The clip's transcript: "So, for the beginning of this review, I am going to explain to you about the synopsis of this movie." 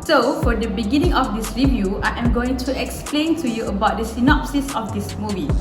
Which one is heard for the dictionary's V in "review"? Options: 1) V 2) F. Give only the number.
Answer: 1